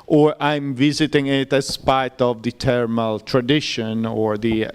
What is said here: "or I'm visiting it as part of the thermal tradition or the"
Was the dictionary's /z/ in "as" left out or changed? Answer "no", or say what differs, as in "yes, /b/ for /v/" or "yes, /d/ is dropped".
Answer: yes, /s/ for /z/